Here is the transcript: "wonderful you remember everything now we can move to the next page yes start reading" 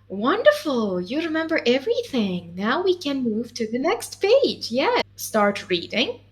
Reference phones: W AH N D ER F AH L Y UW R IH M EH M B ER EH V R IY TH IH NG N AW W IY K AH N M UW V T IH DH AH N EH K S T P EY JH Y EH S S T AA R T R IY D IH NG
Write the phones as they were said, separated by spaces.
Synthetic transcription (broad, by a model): W AH N D ER F L Y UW R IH M EH M B ER EH V R IY TH IH NG N AW W IY K AH N M UW V T IH DH AH N EH K S T P EY JH Y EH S S T AA R T R IY D IH NG